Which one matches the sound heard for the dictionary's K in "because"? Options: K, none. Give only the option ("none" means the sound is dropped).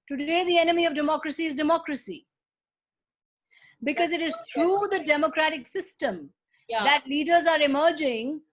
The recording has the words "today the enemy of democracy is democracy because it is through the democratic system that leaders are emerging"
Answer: K